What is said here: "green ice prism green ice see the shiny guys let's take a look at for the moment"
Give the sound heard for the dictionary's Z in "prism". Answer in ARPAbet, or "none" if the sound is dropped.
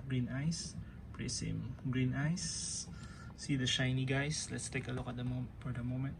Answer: S